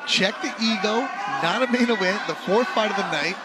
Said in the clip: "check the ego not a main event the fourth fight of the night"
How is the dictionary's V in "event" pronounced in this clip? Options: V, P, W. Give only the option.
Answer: W